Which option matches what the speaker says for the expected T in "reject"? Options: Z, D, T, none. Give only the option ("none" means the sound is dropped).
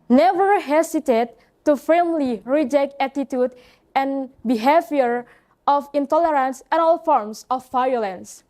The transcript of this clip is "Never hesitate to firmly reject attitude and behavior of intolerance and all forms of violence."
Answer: T